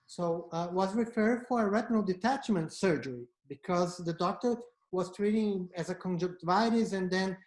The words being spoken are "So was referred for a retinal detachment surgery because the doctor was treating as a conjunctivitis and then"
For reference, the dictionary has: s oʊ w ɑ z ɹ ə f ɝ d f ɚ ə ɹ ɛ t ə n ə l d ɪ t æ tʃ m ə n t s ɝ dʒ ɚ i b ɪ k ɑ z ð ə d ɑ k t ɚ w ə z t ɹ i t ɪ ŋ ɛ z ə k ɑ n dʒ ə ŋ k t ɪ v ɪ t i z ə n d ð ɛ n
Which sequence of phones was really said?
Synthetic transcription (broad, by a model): s oʊ w ɑ z ɹ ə f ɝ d f ɚ ə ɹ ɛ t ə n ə l d ɪ t æ tʃ m ə n t s ɝ dʒ ɚ i b ɪ k ɑ z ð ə d ɑ k t ɚ w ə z t ɹ i t ɪ ŋ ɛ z ə k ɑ n dʒ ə k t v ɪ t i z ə n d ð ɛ n